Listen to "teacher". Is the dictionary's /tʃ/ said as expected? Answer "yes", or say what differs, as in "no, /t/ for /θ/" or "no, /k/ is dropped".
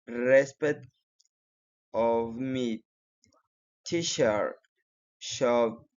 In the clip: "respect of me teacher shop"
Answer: no, /ʃ/ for /tʃ/